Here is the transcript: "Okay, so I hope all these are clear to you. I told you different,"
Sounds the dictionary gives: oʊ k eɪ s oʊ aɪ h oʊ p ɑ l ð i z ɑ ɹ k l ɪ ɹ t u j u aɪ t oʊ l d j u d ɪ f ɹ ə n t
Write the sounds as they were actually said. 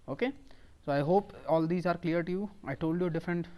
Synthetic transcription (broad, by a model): oʊ k eɪ s oʊ aɪ h oʊ p ɑ l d i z ɑ ɹ k l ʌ ɹ t u j u aɪ t oʊ l d j u d ɪ f ɹ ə n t